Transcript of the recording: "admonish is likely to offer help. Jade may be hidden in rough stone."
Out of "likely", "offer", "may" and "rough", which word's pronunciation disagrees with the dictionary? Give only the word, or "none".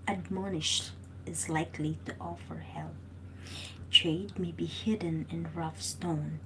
none